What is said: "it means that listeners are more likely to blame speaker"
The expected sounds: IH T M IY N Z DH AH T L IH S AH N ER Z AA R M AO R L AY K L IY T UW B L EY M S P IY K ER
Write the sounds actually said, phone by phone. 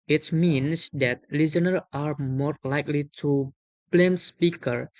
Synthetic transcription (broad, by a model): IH T M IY N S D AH T L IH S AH N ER AA R M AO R L AY K L IY T UW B L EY M S P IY K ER